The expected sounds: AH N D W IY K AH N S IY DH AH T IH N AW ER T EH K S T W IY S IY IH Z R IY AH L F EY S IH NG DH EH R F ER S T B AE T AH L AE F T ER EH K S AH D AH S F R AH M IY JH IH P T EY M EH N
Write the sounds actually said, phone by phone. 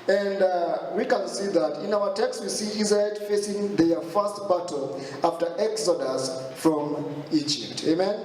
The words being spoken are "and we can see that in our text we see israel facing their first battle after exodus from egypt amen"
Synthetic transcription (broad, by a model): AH N D W IY K AH N S IY DH AH T IH N AW ER T EH K S T W IY S IY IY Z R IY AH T F EY S IH NG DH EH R F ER S T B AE T L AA F T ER EH K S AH D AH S F R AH M IY JH IH P T EY M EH N